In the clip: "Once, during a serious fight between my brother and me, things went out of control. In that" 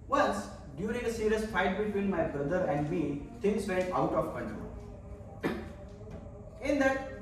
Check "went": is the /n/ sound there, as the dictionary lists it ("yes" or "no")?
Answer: no